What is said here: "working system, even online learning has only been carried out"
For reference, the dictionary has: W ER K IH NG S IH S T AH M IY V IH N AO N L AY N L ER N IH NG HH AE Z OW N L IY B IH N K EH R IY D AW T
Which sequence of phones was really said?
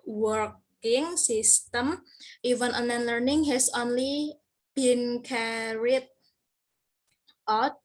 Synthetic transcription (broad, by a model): W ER K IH NG S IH S T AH M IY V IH N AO N AY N L ER N IH NG HH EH S OW N L IY B IH N K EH R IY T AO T